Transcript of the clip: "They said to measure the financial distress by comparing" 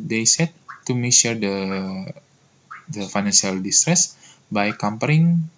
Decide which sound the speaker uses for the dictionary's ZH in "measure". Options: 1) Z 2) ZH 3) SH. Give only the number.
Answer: 3